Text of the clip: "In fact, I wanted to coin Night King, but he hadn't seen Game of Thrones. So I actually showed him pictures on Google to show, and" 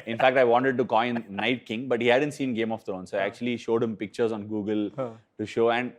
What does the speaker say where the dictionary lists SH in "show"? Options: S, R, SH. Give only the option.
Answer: SH